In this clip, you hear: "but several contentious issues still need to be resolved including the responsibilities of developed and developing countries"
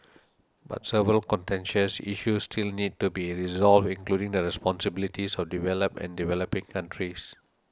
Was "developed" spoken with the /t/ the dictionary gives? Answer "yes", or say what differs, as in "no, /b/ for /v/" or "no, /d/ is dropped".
no, /t/ is dropped